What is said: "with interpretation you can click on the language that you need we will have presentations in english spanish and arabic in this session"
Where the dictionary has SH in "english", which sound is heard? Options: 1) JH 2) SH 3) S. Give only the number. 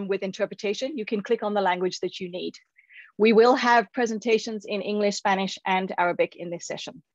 2